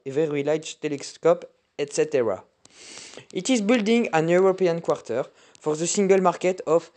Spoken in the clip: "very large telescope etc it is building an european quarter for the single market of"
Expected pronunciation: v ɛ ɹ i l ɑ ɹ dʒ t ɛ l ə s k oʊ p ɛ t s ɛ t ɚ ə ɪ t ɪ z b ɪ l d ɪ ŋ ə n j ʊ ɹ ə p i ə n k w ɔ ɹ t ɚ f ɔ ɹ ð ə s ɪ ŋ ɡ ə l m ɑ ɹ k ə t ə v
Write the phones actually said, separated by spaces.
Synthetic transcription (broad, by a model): v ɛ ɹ i l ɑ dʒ t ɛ l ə s k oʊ p ɛ t s ɛ t ɚ ə ɪ t ɪ z b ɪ l d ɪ ŋ ə n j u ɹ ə p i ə n k w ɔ ɹ t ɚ f ɔ ɹ ð ə s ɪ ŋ ɡ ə l m ɑ ɹ k ə t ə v